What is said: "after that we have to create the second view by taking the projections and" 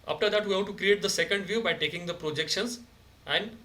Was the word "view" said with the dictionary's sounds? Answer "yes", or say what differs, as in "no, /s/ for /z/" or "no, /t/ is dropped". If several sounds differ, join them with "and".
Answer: yes